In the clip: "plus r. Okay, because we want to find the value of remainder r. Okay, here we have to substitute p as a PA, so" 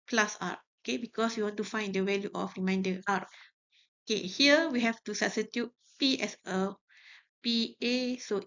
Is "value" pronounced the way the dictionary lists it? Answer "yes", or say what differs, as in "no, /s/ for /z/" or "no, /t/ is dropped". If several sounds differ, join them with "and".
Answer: no, /w/ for /v/